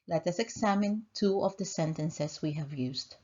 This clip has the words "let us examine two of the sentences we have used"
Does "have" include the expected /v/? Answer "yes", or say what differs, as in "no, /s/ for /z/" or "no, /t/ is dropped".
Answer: yes